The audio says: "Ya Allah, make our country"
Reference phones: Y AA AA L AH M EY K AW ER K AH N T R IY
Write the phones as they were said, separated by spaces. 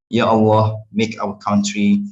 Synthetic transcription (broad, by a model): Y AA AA W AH M EY K AW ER K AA N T R IY